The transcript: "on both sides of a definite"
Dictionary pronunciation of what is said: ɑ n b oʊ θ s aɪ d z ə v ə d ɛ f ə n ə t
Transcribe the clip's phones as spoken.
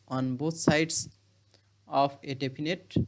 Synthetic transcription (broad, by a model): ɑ n b oʊ t s aɪ d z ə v ə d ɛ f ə n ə t